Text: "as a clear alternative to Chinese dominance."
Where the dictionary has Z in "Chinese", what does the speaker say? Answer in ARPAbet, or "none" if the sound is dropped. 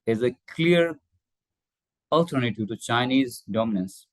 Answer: Z